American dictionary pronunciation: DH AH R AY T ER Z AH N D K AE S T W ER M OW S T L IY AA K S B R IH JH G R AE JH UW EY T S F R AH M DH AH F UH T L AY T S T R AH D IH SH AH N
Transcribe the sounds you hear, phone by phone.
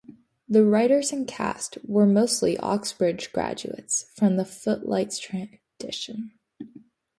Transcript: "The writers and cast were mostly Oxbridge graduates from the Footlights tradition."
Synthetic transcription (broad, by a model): DH AH R AY T ER Z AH N K AE S T W ER M OW S T L IY AA K S B R IH JH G R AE JH UW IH T S F R AH M DH AH F UH T L AY T S T R AH D IH SH AH N